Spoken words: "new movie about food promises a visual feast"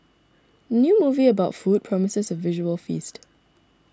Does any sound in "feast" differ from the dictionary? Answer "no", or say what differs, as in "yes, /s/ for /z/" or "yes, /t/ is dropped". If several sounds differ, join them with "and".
no